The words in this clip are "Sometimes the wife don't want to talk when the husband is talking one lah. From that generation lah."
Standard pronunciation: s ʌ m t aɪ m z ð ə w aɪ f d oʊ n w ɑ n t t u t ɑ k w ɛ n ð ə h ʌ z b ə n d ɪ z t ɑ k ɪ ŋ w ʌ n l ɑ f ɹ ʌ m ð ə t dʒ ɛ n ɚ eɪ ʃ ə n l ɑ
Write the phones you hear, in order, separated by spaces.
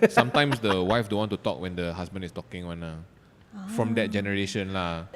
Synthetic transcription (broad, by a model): s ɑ m t aɪ m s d ə w aɪ f d oʊ n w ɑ n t t u t ɑ k w ɛ n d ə h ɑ s b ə n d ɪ s t ɑ k ɪ ŋ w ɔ n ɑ f ɹ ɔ m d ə t dʒ ɛ n ɚ eɪ ʃ ə n l ɑ